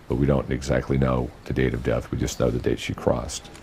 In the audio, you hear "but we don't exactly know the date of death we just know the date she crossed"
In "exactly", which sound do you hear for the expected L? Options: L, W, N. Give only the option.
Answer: L